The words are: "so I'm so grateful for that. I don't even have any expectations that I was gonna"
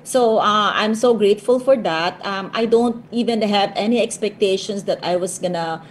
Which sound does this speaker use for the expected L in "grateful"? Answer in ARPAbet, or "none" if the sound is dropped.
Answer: L